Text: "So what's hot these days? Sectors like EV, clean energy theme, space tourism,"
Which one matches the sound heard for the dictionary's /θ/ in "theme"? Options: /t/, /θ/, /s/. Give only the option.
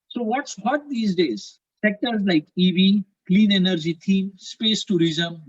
/t/